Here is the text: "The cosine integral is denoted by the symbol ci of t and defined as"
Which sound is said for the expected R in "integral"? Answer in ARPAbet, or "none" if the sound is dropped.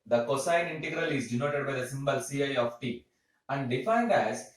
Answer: R